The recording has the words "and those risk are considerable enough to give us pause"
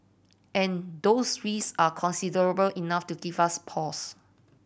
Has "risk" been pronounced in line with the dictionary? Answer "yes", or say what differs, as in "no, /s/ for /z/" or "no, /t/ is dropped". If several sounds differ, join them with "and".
no, /k/ is dropped